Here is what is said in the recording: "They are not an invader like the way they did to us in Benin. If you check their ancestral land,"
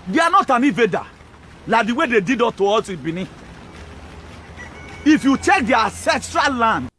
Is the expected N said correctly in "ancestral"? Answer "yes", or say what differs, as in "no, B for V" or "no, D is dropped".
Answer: no, N is dropped